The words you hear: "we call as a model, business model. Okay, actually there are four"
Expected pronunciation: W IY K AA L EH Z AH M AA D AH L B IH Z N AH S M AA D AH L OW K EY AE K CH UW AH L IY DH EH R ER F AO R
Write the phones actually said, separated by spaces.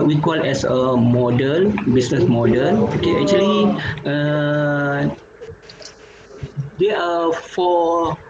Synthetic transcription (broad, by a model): W IY K AA L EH S AH M AA D AH L B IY S N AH S M AA D AH L OW K EY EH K CH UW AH L IY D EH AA F AO